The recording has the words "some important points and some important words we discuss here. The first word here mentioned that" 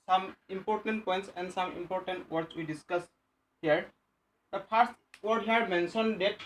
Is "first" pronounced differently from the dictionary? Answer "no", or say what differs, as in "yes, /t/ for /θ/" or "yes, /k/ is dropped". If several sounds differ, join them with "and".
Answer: yes, /p/ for /f/